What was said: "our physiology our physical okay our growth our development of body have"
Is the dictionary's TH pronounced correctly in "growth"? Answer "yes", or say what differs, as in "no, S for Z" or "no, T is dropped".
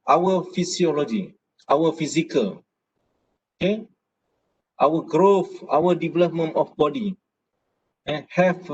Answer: no, F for TH